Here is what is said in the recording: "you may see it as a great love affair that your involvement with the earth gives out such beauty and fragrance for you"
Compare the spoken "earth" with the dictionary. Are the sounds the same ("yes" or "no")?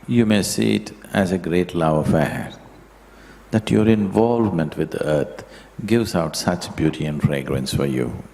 no